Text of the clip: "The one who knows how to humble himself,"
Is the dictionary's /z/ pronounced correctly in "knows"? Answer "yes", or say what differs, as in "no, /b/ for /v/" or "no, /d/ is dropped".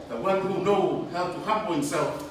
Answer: no, /z/ is dropped